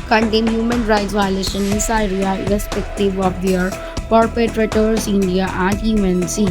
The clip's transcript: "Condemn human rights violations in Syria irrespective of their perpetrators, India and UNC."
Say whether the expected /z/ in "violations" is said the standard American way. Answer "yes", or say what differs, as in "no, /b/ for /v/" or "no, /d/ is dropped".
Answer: no, /z/ is dropped